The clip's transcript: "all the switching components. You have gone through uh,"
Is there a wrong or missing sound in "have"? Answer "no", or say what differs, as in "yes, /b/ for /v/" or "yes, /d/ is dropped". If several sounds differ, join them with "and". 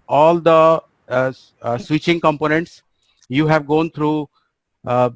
no